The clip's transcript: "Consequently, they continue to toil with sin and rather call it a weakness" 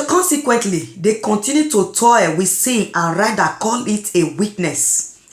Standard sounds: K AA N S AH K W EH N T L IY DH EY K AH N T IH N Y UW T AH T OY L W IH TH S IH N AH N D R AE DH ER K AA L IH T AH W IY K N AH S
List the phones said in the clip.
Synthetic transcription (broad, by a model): K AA N S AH K W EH N T L IY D EY K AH N T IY N Y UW T AH T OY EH W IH S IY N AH N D R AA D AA K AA N IH T AH W IY K N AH S